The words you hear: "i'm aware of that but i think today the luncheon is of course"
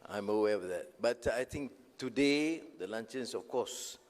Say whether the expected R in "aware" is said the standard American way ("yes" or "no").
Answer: no